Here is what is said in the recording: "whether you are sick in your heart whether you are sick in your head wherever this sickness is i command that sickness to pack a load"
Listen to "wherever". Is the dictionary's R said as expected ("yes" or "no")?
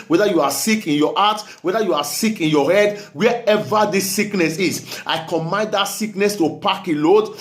no